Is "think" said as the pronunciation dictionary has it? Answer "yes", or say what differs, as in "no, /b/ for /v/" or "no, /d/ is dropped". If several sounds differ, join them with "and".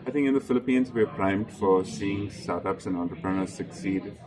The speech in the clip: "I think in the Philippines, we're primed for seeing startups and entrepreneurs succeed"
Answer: no, /t/ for /θ/